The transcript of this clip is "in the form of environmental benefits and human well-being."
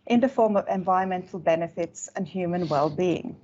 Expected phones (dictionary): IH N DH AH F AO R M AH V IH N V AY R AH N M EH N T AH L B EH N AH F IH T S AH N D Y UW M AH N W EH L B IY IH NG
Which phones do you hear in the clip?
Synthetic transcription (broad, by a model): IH N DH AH F AO R M AH V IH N V AY R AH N M EH N T L B EH N AH F IH T S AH N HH Y UW M AH N W EH L B IY IH NG